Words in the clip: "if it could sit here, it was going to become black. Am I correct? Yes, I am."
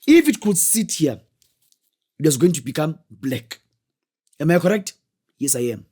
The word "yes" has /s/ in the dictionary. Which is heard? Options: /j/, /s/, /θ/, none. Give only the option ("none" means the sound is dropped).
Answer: /s/